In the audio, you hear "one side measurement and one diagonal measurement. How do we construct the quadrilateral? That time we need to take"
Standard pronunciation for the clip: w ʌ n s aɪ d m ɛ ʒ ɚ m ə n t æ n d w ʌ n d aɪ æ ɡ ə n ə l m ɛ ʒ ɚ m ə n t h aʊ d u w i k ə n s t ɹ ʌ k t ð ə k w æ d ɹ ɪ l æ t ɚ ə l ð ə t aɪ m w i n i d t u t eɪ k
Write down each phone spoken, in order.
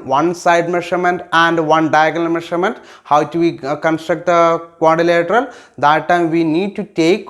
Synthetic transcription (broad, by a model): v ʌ n s aɪ d m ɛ ʃ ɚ m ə n t æ n d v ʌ n d aɪ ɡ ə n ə l m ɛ ʃ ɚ m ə n t h aʊ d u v i k ə n s t ɹ ʌ k t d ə k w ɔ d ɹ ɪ l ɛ t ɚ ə l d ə t aɪ m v i n i d t u t eɪ k